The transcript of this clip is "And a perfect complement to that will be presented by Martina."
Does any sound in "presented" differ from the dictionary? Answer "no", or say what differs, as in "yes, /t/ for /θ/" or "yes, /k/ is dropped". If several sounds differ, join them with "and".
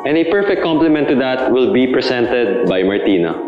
yes, /s/ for /z/